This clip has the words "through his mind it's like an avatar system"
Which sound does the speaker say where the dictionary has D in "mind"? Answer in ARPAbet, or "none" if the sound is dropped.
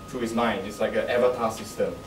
none